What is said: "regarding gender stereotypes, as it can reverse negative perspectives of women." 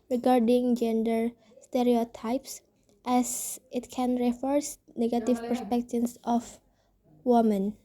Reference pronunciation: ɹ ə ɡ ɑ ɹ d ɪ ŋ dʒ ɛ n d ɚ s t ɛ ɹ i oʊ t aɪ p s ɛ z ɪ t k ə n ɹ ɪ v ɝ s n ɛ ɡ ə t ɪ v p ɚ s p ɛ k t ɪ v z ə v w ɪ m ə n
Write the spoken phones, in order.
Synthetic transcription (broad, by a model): ɹ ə ɡ ɑ ɹ d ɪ ŋ dʒ ɛ n d ɚ s t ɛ ɹ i oʊ t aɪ p s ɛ s ɪ t k ə n ɹ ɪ f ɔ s n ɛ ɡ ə t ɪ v p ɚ s p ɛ k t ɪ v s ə f w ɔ m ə n